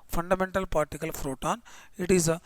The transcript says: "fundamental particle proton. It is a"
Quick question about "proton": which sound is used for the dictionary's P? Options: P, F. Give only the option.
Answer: F